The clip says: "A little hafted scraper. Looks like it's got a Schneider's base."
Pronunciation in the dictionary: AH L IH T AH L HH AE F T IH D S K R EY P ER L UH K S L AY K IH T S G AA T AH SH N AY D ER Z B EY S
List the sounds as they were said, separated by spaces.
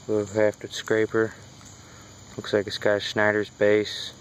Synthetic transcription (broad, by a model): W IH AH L HH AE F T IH S K R EY P ER L UH K S L AY K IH S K AA AH S N AY D ER Z B EY S